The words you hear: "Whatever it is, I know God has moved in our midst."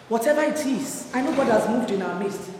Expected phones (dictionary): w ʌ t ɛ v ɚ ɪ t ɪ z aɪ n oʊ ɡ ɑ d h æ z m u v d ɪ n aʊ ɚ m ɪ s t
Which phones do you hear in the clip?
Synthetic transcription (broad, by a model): w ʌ t ɛ v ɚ ɪ t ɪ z aɪ n oʊ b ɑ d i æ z m u v d ɪ n aʊ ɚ m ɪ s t